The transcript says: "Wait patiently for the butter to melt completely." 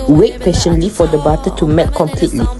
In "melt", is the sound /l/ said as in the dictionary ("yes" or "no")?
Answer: no